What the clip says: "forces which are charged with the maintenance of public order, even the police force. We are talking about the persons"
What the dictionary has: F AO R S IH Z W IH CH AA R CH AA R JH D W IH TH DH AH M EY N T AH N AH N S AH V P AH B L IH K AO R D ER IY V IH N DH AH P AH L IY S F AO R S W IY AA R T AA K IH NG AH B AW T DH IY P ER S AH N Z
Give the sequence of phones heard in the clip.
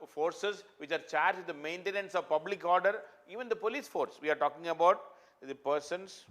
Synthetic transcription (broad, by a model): F AO R S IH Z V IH CH AA R CH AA R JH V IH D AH M EY N T AH N AH N S AH V P AH B L IH K AO R D ER IY V IH N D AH P AH L IY S F AO R S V IY AA R T AA K IH NG AH B AW T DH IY P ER S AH N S